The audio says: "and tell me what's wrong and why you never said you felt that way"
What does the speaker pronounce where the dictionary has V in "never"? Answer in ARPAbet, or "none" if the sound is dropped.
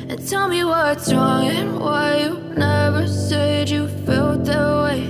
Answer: V